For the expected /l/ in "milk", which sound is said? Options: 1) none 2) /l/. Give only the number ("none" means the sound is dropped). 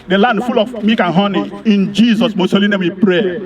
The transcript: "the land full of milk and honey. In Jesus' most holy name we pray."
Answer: 1